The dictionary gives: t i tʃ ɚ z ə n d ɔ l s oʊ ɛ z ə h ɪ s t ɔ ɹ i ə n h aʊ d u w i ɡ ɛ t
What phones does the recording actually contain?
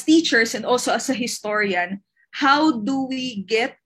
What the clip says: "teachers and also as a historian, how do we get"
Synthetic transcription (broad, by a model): t i tʃ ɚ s ə n d ɔ l s oʊ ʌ s ə h ɪ s t ɔ ɹ i ə n h aʊ d u w i ɡ ɛ t